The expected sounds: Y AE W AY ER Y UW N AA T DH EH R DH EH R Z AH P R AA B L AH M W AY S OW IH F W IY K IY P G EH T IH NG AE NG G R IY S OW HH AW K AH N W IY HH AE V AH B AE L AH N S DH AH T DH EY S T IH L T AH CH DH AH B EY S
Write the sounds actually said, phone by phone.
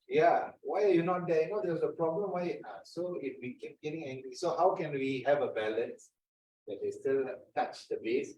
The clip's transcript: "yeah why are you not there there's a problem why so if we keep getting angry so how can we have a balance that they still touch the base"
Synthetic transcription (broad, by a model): Y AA W AY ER Y UW N AA T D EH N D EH W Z AH P R AA B L AH M W AY S OW IH F W IY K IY P G EH T IH NG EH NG G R IY S OW HH AW K AH N W IY HH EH V AH B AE L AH N S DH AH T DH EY S T IH L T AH CH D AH B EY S